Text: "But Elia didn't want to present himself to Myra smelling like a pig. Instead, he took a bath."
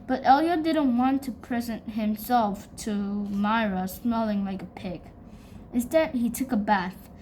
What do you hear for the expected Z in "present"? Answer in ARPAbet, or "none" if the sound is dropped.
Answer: Z